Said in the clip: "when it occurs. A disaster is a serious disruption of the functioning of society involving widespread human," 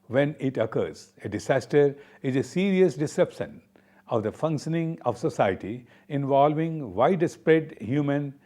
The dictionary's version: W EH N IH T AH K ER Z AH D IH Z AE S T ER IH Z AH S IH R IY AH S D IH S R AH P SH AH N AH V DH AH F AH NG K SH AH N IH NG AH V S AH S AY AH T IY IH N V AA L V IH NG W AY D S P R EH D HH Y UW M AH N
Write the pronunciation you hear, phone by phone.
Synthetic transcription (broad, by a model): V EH N IH T AH K ER Z AH D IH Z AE S T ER IH Z AH S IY R IY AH S D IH S EH P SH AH N AH V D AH F AH NG K SH AH N IH NG AH V S AH S AY AH T IY IH N V AA L V IH NG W AY D S P R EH D HH Y UW M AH N